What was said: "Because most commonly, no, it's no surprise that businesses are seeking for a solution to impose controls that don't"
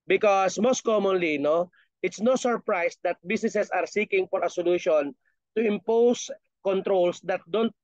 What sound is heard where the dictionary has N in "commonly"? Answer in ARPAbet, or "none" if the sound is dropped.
N